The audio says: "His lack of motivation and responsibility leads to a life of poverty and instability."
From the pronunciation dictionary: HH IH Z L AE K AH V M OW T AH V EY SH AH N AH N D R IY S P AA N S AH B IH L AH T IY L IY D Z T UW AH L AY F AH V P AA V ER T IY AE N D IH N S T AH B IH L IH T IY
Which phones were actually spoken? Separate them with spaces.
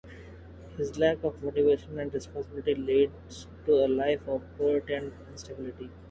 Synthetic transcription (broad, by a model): HH IH Z L AE K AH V M OW T AH V EY SH AH N AH N D R IY S P AA N S AH B IH L AH T IY L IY D T UW AH L AY F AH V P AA ER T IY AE N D IH N S T AH B IH L IH T IY